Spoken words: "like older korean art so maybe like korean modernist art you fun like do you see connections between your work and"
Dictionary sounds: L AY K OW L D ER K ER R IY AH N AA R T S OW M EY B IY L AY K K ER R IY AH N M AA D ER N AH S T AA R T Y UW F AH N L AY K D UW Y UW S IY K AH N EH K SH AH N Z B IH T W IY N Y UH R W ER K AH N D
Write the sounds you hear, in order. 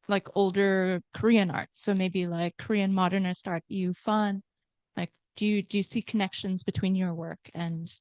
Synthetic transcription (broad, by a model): L AY K OW L D ER K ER R IY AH N AA R T S OW M EY B IY L AY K K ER R IY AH N M AA D ER N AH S T AA R T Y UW F AH N L AY K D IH Y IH S IY K AH N EH K SH AH N Z B IH T W IY N Y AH R W ER K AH N